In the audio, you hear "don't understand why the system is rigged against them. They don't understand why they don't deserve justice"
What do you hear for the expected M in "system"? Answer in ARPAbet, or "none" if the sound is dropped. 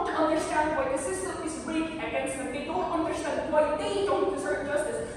none